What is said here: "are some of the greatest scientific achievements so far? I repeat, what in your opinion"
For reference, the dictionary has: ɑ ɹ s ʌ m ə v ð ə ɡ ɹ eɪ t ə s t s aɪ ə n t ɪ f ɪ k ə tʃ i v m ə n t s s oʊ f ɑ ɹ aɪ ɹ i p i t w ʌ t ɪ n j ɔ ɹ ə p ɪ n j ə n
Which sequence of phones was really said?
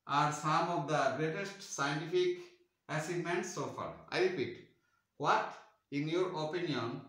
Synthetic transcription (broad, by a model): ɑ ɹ s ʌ m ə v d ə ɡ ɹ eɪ t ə s t s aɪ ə n t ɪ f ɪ k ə s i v m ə n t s s oʊ f ɑ ɹ aɪ ɹ i p i t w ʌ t ɪ n j ɔ ɹ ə p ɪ n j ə n